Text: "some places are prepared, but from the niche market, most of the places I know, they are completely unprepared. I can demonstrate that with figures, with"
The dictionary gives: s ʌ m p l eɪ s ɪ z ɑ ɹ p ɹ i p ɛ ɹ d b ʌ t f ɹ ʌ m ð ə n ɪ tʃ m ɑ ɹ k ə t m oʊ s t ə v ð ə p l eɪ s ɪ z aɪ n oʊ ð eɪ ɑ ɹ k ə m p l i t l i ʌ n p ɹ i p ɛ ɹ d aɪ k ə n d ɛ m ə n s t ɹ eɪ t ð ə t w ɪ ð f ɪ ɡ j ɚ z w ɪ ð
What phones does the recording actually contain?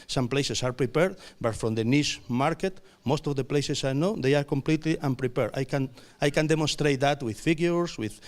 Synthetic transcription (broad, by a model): s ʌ m p l eɪ s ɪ s ɑ ɹ p ɹ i p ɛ ɹ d b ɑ t f ɹ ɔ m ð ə n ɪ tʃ m ɑ ɹ k ə t m oʊ s t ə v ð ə p l eɪ s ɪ s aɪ n oʊ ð eɪ ɑ ɹ k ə m p l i t l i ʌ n p ɹ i p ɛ ɹ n aɪ k ə n d ɛ m ə n s t ɹ eɪ t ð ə t w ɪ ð f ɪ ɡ j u s w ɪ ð